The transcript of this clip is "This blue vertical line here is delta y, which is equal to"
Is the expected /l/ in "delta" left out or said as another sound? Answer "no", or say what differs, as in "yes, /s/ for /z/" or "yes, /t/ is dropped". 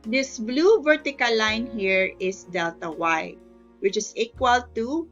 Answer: no